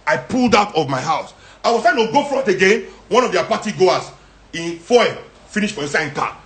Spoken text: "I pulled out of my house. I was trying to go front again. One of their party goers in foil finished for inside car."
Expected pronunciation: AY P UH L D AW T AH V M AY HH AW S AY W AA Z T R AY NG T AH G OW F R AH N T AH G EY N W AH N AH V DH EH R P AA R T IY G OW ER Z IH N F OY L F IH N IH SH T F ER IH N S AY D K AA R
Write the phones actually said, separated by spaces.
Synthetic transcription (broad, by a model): AY P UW L D AW T AH V M AY HH AW S AY W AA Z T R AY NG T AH G OW F R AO T AH G EY N W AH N AH V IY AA P AA T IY G OW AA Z IH N F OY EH F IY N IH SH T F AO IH S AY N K AA